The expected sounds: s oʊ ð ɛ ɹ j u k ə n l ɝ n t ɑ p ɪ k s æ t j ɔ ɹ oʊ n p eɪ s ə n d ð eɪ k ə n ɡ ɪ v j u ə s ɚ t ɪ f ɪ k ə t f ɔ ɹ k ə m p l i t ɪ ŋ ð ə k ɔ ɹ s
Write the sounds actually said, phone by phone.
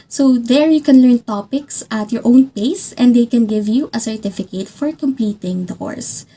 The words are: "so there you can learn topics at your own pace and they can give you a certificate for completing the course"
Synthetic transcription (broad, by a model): s oʊ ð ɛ ɹ j u k ə n l ɝ n t ɑ p ɪ k s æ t j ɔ ɹ oʊ n p eɪ s ə n d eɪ k ə n ɡ ɪ v j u ə s ɚ t ɪ f ɪ k ə t f ɔ ɹ k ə m p i t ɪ ŋ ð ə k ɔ ɹ s